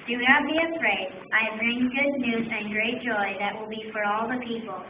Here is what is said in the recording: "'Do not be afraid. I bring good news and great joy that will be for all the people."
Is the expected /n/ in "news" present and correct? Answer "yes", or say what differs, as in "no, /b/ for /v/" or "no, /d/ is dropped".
yes